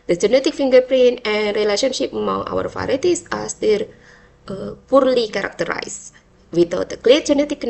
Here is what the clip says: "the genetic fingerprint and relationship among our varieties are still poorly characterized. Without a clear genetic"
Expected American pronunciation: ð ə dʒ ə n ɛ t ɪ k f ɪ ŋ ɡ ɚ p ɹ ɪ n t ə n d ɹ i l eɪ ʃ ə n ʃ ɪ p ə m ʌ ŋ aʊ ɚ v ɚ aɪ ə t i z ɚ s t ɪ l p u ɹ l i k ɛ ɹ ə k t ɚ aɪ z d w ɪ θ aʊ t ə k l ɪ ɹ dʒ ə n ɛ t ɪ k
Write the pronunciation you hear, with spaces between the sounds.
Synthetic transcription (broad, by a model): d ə dʒ ə n ɛ t ɪ k f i ŋ ɡ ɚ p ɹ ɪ n ə n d ɹ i l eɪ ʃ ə n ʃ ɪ p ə m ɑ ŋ aʊ ɚ f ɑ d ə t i s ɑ s t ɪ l p u ɹ l i k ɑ ɹ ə k t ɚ aɪ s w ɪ t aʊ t ə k l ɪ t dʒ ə n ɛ t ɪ k